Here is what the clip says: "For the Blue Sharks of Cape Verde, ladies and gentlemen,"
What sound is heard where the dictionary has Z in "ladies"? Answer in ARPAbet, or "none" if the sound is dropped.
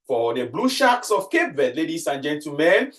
S